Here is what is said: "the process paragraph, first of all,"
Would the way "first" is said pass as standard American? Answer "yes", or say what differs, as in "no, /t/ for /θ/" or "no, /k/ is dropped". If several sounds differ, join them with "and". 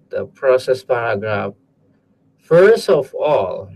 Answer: yes